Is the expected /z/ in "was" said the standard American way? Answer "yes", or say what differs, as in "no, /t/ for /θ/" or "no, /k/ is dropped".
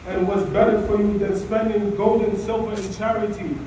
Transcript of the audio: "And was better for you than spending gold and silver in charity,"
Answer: yes